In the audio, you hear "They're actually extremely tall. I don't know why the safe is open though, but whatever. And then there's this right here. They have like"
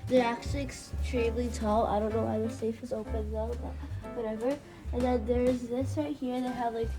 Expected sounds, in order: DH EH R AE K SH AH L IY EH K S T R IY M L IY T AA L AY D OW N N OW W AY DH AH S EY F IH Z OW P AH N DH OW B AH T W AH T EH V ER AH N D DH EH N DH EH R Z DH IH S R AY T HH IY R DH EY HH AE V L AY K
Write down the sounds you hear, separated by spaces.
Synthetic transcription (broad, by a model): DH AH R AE K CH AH L IY EH K S T R IY M L IY T AA L AY D OW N N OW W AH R S EY F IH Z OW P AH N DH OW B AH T W AH T EH V ER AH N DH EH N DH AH R Z DH IH S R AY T HH IY R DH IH HH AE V L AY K